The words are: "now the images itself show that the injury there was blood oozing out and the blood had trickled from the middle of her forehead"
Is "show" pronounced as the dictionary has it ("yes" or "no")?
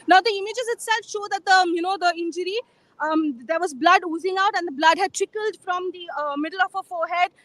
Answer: yes